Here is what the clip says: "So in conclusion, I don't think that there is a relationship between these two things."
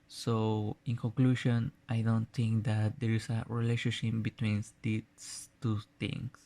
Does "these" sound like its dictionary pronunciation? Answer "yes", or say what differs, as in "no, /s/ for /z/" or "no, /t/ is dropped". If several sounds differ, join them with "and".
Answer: no, /s/ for /z/